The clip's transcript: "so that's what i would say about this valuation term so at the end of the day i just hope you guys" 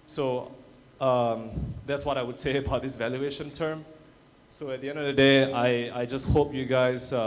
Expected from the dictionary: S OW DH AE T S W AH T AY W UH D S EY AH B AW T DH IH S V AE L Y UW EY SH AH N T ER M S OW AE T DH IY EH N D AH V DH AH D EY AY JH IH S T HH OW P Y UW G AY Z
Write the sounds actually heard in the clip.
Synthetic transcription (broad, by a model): S OW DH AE T S W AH T AY W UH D S EY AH B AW T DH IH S V AE L Y UW EY SH AH N T ER M S OW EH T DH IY EH N D AH V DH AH D EY AY JH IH S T HH OW P Y UW G AY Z